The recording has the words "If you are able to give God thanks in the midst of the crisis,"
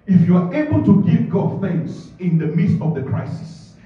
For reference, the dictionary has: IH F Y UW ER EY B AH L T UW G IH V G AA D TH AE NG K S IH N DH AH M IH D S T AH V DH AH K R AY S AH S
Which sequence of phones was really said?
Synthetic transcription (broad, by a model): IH F Y UW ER EY B AH L T UW G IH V G AA D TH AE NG S IH N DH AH M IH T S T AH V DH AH K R AY S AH S